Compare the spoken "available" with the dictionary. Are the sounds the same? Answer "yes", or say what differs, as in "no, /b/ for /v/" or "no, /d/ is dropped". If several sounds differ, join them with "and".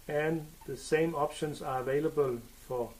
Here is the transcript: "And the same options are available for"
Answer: yes